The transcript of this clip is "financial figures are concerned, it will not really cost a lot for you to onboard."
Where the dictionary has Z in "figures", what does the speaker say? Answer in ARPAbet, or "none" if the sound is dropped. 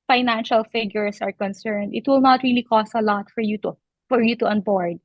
S